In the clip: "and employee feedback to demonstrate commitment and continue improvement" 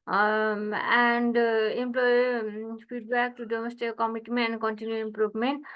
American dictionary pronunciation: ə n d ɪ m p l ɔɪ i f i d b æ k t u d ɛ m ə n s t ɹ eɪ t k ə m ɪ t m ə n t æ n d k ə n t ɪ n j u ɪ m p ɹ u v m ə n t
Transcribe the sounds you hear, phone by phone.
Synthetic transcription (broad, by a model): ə n d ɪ m p l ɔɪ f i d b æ k t u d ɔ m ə s t eɪ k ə m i t m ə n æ n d k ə n t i n j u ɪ m p ɹ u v m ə n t